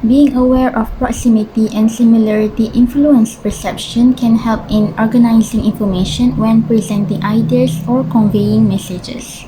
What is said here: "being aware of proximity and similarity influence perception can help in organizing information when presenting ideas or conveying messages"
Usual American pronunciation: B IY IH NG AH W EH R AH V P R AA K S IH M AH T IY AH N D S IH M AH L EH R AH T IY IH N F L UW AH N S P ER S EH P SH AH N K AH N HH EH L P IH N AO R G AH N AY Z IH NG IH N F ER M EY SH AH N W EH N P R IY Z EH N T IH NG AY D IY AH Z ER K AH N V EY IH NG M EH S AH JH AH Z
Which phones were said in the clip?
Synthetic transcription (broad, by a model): B IY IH NG AH W EH R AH F P R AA K S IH M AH T IY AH N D S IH M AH L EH R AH T IY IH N F L UW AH N S P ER S EH P SH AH N K AH N HH EH L P IH N AO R G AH N AY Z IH NG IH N F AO M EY SH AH N W EH N P R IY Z EH N T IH NG AY D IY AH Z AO K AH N V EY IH NG M EH S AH JH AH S